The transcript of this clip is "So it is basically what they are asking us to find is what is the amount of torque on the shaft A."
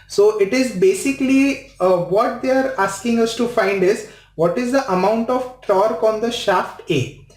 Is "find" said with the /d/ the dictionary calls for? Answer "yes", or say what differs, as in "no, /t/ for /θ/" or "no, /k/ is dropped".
yes